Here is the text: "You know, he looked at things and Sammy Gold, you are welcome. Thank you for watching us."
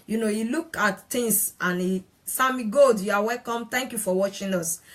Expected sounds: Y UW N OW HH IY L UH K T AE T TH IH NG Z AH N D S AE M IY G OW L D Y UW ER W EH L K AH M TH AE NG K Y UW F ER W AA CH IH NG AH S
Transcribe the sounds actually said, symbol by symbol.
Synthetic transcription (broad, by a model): Y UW N OW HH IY L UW K AA T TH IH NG S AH N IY S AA M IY G OW L D Y UW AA W EH L K AH M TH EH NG K Y UW F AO W AA CH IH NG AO S